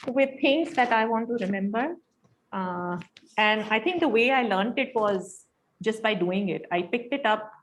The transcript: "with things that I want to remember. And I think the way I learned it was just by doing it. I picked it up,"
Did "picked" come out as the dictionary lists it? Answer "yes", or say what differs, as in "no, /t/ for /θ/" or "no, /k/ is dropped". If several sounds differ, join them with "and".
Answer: yes